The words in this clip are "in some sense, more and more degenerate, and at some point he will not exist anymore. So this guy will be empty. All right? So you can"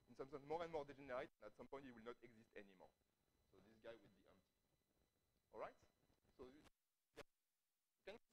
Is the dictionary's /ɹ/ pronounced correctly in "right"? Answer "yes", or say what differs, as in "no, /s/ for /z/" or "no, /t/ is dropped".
yes